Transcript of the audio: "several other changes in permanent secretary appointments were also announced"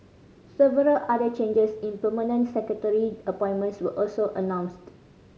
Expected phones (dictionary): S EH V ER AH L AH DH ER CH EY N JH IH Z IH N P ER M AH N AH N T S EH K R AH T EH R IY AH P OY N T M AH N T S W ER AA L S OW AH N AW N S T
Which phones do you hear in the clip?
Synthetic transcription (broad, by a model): S EH V ER AH L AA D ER CH EY N JH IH S IH N P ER M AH N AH N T S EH K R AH T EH R IY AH P OY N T M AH N T S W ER AA L S OW AH N AW N S T